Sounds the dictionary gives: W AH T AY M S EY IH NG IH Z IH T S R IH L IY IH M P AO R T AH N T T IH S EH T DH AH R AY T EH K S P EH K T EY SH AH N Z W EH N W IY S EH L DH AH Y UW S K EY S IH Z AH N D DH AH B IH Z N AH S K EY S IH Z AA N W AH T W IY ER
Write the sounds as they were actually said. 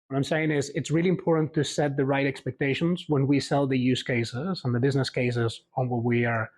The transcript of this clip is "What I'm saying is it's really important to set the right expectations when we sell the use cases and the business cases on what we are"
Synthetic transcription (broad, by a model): W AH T AY M S EY IH NG IH Z IH T S R IH L IY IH M P AO R T N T T IH S EH T DH AH R AY T EH K S P EH K T EY SH AH N Z W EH N W IY S EH L DH AH Y UW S K EY S IH Z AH N DH AH B IH Z N AH S K EY S IH Z N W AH W IY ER